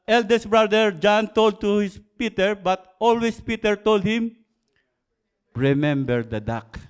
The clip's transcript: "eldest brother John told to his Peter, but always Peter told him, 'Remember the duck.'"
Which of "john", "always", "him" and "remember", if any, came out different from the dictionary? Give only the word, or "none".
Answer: always